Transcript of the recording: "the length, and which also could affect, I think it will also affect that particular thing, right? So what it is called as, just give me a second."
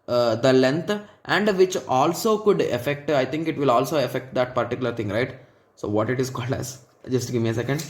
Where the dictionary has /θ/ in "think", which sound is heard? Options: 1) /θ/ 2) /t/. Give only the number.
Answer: 2